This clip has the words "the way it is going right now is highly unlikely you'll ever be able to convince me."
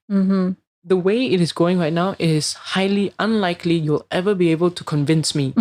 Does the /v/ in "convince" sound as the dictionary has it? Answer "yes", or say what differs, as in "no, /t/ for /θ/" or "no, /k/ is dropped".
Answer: yes